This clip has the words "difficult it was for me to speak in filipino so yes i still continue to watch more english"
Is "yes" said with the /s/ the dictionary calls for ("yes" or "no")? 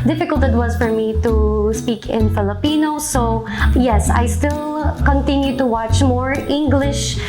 yes